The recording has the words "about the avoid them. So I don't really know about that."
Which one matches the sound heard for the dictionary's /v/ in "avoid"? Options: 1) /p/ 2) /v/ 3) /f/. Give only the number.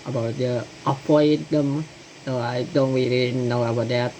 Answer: 1